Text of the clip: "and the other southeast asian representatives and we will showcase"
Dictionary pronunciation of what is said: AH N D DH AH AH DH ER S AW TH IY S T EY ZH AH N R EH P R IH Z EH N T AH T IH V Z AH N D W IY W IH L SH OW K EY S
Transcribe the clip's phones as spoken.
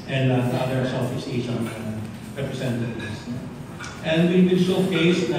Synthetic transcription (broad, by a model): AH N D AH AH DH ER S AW F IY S EY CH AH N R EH P R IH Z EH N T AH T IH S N AH N D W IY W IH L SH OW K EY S